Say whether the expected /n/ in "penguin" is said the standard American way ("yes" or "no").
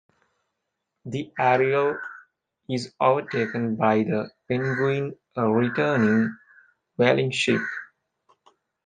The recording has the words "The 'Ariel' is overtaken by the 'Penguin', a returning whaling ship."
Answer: no